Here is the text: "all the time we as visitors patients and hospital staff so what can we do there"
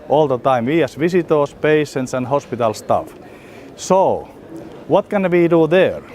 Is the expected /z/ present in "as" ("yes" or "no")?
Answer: no